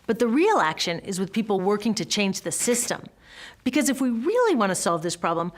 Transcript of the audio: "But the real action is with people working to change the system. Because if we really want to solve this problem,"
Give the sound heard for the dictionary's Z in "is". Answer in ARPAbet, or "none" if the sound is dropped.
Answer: Z